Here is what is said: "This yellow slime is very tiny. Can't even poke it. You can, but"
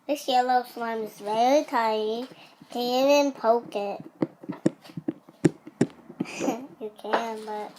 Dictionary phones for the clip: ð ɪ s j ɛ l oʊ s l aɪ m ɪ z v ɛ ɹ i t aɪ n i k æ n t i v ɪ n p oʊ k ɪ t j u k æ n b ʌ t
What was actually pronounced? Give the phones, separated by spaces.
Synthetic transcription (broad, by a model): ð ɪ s j ɛ l oʊ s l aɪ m ɪ z v ɛ ɹ i t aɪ i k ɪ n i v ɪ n p oʊ k ɪ t j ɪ k æ n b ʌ t